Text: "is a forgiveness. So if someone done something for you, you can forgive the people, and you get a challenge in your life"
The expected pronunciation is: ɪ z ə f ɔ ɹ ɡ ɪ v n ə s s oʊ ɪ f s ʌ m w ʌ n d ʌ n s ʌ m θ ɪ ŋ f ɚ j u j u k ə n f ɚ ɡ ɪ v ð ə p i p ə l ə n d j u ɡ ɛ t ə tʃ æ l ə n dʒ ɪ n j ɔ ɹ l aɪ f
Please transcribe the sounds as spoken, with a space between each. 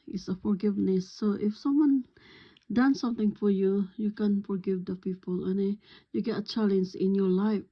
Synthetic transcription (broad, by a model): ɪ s ə f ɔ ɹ ɡ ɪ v n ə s s oʊ ɪ f s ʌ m w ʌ n d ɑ n s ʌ m t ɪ ŋ f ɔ j u j u k ə n f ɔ ɡ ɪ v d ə p i p ə l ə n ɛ j u ɡ ɛ t ə tʃ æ l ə n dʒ ɪ n j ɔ l aɪ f